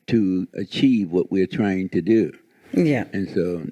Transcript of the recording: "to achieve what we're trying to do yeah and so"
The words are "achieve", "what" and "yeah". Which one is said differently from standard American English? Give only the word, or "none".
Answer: none